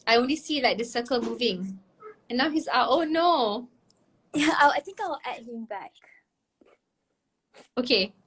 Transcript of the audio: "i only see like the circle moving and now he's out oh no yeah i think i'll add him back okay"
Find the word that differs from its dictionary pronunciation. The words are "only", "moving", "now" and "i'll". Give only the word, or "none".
i'll